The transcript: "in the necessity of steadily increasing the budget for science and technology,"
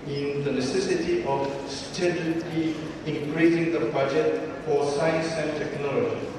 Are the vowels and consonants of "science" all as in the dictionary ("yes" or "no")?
yes